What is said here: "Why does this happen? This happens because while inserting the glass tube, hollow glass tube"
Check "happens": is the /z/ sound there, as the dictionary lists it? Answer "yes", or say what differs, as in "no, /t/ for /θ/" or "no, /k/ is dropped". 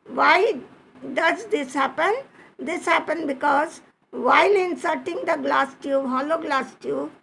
no, /z/ is dropped